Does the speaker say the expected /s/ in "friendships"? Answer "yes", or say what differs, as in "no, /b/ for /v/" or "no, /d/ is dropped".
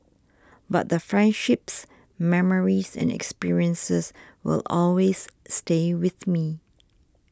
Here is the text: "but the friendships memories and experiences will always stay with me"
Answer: yes